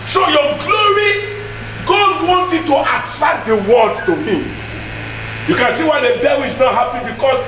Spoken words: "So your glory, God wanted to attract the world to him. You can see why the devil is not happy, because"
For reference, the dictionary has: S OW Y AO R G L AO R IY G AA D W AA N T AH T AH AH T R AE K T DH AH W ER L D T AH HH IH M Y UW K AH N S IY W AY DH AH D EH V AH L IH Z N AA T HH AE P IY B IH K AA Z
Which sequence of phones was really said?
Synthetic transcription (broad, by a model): S OW Y AO G L AO R IY G AA D W AA N T AH T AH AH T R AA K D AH W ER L D T AH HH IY M Y UW K AH N S IY W AY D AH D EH W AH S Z N AA T HH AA P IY B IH K AA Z